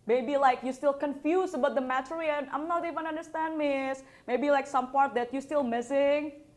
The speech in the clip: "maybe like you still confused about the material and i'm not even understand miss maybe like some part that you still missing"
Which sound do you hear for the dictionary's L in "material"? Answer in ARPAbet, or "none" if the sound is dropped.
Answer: N